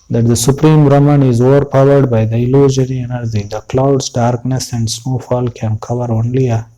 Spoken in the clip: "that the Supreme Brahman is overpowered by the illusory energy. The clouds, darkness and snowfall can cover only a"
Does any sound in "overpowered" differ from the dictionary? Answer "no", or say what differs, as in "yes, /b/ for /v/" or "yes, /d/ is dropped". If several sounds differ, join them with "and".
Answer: no